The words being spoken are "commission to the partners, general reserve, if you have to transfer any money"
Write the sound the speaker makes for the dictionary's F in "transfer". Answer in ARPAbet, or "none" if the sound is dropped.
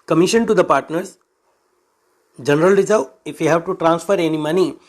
F